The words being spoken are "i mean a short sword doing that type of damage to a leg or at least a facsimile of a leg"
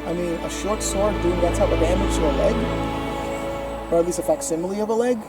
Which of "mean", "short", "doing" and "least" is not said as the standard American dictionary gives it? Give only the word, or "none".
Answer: least